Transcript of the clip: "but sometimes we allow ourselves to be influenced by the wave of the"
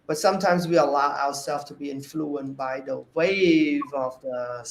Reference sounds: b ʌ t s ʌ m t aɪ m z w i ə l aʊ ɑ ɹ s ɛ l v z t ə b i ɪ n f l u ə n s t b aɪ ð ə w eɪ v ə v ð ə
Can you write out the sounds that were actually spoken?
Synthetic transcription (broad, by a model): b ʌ t s ʌ m t aɪ m z w i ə l aʊ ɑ ɹ s ɛ l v t ə b i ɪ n f l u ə n b aɪ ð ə w eɪ v ə v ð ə